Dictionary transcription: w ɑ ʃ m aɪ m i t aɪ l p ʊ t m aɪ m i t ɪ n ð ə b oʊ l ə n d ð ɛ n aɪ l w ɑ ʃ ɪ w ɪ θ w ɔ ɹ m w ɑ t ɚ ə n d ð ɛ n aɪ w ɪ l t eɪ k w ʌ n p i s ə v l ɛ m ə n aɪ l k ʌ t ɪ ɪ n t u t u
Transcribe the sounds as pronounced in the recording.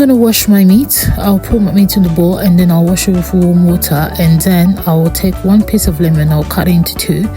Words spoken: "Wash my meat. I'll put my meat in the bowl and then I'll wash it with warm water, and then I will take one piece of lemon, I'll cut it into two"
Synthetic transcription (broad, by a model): w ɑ ʃ m aɪ m i t aɪ l p ʊ t m aɪ m i t ɪ n ð ə b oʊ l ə n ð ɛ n aɪ l w ɑ ʃ ɪ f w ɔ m w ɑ t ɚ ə n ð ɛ n aɪ w ɪ l t eɪ k w ʌ n p i s ə v l ɛ m ə n aɪ l k ʌ t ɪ ɪ n t u t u